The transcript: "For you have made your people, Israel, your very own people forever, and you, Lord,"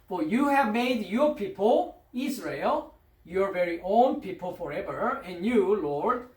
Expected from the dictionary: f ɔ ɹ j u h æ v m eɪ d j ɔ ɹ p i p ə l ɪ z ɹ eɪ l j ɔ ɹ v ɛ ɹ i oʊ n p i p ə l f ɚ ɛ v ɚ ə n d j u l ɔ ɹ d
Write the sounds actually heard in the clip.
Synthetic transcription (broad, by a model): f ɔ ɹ j u h æ v m eɪ d j ɔ ɹ p i p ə l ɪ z ɹ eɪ l j ɔ ɹ v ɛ ɹ i oʊ n p i p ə l f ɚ ɛ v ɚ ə n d j u l ɔ ɹ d